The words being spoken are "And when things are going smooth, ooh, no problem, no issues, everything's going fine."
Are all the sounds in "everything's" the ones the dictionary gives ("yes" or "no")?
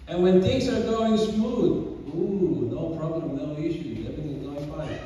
no